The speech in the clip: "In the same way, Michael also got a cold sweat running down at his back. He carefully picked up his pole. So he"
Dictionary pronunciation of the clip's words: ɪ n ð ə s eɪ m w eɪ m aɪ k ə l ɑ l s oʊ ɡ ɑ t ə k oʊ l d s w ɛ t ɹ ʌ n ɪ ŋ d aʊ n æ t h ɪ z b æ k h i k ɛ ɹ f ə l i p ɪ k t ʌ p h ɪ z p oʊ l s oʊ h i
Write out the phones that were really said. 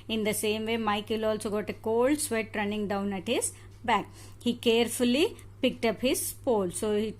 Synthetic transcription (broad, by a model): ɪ n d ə s eɪ m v eɪ m aɪ k ə l ɑ l s oʊ ɡ ɑ t ə k oʊ l d s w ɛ t ɹ ʌ n ɪ ŋ d aʊ n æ t h ɪ z b æ k h i k ɛ ɹ f ə l i p ɪ k t ʌ p h ɪ z p oʊ l s oʊ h i